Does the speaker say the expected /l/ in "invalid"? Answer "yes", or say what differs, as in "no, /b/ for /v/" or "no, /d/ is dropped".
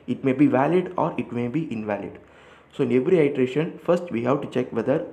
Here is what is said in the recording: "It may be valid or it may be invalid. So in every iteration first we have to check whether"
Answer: yes